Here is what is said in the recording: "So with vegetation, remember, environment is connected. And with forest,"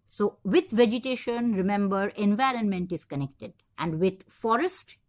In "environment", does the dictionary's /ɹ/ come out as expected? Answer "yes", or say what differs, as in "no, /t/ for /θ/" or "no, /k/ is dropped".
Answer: yes